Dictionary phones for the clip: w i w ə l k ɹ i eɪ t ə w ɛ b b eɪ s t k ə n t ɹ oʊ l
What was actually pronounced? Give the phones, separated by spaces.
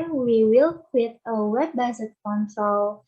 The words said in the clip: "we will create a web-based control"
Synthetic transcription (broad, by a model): w i w ə l k w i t ə w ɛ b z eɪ t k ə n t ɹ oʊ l